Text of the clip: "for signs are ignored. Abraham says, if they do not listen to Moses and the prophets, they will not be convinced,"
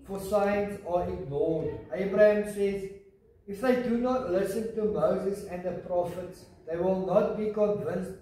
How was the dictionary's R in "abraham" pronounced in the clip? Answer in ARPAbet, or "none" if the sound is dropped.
R